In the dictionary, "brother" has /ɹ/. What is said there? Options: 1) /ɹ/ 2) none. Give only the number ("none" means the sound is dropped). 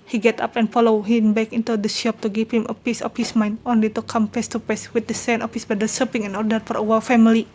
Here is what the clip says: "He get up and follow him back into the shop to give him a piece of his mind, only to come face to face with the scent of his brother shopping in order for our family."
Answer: 2